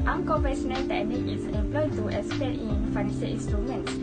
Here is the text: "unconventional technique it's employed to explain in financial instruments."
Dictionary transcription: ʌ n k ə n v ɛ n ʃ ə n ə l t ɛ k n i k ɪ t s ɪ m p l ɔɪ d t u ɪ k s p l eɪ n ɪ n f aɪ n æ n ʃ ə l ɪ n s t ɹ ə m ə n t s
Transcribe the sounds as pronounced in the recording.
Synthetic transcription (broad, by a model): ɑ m k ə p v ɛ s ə n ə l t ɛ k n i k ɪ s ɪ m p l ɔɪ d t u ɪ s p eɪ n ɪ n f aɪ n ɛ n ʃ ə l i n s t ɹ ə m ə n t s